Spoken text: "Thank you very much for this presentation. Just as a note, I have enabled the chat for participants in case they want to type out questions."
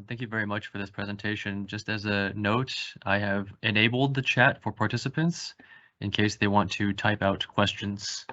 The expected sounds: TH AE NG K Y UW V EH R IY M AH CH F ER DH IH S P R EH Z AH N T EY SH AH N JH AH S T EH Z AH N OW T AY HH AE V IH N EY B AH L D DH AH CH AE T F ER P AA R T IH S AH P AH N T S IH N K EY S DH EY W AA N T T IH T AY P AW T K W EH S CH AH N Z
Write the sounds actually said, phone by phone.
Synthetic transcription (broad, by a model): TH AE NG K Y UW V EH R IY M AH CH F ER DH IH S P R EH Z AH N T EY SH AH N JH AH S T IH Z AH N OW T AY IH V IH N EY B L D DH AH CH AE T F ER P AA R T IH S AH P AH N T S IH N K EY S DH EY W AA N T T IH T AY P AW T K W EH S CH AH N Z